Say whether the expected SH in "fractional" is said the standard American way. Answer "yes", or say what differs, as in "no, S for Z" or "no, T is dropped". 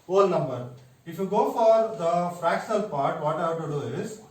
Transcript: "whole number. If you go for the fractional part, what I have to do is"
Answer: no, S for SH